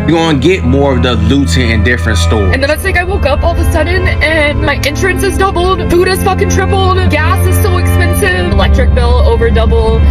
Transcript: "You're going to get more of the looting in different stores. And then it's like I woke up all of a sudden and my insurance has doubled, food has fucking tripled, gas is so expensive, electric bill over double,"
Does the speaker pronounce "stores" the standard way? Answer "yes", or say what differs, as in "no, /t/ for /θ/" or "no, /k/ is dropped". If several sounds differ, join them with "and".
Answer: no, /z/ is dropped